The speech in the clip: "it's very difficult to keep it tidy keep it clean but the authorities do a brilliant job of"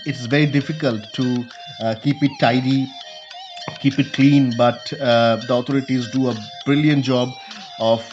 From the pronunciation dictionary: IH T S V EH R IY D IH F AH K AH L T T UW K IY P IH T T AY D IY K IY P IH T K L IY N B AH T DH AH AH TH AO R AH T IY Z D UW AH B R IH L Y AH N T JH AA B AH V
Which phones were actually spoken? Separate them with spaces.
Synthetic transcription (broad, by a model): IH T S V EH R IY D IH F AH K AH L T T UW K IY P IH T T AY D IY K IY P IH T K L IY N B AH T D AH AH T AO R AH T IY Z D UW AH B R IH L Y AH N T JH AA B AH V